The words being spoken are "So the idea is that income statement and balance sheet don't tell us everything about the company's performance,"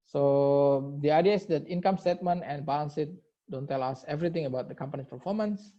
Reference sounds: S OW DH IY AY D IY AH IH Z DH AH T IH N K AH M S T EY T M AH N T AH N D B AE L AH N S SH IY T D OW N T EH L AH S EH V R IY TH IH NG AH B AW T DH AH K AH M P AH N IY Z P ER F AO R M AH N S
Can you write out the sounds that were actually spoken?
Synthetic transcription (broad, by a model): S OW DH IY AY D IY AH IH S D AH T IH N K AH M S T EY T M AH N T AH N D B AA L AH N S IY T D OW N T EH L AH S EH V R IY T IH NG AH B AW T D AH K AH M P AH N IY S P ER F AO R M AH N S